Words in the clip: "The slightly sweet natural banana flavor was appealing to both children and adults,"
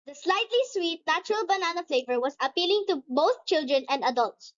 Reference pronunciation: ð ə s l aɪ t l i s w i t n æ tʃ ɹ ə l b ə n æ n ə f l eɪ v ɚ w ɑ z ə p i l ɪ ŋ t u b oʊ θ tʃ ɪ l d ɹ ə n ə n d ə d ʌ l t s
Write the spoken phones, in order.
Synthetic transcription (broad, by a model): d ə s l aɪ t l i s w i t n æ tʃ ɹ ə l b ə n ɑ n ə f l eɪ v ɚ w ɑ s ə p i l ɪ ŋ t u b oʊ θ tʃ ɪ l d ɹ ə n ə n d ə d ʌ l t s